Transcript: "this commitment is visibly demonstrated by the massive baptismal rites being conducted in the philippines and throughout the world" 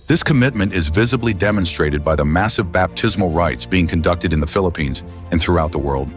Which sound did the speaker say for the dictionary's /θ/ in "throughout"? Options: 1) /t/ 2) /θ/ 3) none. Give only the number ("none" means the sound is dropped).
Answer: 2